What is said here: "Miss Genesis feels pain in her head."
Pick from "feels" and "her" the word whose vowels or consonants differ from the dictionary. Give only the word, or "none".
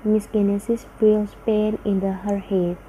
feels